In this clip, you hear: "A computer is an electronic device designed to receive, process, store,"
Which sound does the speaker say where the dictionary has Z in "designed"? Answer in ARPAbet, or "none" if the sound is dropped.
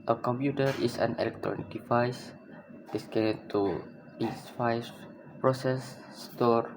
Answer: S